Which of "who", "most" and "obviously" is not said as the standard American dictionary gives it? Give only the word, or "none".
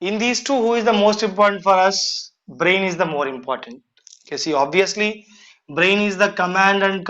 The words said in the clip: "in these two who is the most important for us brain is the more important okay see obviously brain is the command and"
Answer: none